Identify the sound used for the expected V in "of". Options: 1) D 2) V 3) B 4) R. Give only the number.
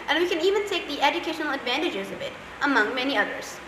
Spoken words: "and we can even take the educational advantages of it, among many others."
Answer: 3